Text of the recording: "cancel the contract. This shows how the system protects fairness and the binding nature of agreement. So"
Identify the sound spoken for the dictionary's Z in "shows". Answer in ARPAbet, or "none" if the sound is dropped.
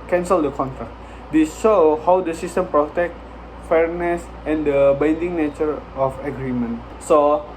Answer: none